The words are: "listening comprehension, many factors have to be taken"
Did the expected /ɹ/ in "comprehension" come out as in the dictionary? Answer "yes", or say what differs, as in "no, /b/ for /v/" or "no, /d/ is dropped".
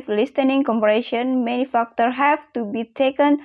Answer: no, /ɹ/ is dropped